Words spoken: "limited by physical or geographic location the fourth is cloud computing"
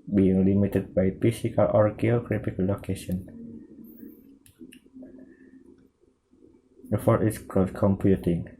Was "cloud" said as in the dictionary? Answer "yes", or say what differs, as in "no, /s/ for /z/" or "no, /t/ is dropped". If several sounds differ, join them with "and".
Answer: no, /l/ is dropped